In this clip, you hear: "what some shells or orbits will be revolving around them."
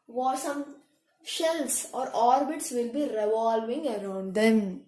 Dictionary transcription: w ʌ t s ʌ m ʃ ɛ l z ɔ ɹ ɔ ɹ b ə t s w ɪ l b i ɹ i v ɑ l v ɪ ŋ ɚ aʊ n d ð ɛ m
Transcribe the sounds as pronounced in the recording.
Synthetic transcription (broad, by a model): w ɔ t s ʌ m ʃ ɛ l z ɔ ɹ ɔ ɹ b ə t s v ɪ l b i ɹ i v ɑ l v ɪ ŋ ɚ aʊ n d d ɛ m